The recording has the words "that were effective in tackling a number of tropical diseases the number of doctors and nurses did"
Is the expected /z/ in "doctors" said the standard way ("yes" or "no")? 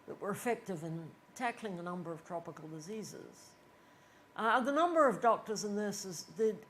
yes